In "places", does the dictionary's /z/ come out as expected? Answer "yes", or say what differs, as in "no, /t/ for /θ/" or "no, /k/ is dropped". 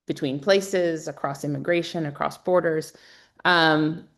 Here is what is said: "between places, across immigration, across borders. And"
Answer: yes